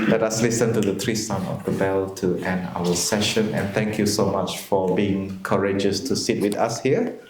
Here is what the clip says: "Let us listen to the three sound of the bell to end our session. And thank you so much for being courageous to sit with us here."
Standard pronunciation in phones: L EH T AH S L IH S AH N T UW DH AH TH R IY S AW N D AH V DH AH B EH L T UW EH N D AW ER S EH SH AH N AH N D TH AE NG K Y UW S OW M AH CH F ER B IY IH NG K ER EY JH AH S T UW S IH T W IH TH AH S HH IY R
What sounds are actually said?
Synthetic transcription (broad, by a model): L EH T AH S L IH S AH N T UW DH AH T R IY S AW N AH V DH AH B EH L T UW EH N D AW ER S EH SH AH N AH N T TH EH NG K Y UW S OW M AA CH F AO B IY IH NG K ER EY JH AH S T UW S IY T W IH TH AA S HH IY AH